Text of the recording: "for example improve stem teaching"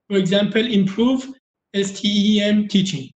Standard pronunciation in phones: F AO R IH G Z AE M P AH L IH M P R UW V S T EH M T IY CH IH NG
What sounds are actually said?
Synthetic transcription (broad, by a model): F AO R IH G Z AE M P AH L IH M P R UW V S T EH M T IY CH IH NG